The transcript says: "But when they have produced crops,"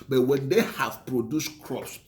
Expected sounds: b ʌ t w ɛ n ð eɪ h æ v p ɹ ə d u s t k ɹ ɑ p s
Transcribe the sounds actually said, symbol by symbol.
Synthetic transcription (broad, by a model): b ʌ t w ɛ n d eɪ h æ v p ɹ ə d u s t k ɹ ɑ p s